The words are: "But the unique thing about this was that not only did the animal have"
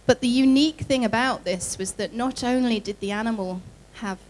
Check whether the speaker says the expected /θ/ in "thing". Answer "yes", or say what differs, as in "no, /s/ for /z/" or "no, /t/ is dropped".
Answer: yes